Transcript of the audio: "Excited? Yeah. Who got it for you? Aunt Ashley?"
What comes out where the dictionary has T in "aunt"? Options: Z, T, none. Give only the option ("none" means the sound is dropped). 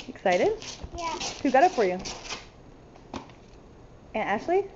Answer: none